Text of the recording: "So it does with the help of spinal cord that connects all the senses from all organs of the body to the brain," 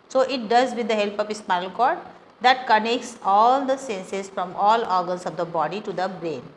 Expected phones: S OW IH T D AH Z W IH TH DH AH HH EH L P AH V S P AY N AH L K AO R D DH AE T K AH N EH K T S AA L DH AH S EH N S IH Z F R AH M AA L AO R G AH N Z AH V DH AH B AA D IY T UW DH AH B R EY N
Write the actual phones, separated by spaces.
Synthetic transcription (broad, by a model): S OW IH T D AH Z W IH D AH HH EH L P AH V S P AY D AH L K AO R D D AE T K AH N EH K T S AA L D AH S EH N S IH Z F R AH M AA L AO R G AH N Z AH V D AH B AA D IY T UW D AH B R EY N